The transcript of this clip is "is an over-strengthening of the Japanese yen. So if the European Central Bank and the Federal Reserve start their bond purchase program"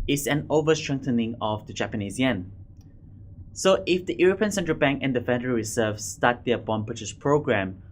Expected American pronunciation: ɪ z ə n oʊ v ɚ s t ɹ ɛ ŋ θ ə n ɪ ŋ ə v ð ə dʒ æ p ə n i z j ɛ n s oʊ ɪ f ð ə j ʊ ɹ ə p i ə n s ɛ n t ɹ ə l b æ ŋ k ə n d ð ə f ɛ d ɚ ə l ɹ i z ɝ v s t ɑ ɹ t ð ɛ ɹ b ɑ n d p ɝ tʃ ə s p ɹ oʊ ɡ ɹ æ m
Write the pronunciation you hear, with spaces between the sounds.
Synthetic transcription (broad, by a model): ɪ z ə n oʊ v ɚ s t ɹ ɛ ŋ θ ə n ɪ ŋ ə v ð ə dʒ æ p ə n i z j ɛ n s oʊ ɪ f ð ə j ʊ ɹ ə p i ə n s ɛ n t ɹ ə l b æ ŋ k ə n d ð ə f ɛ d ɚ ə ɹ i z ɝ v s t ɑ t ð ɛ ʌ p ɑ n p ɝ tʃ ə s p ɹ oʊ ɡ ɹ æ m